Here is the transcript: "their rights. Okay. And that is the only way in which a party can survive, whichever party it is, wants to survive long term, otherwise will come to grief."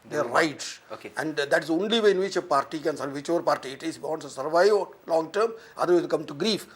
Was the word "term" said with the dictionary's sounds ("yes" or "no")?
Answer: yes